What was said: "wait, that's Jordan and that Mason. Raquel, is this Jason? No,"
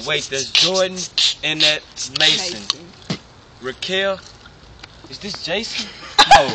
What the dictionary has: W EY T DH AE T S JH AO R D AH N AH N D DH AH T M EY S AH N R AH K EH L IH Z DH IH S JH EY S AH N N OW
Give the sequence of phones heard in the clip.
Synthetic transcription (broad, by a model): W EY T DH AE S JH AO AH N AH N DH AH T M EY S AH N R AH K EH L IH Z DH IH S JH EY AH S N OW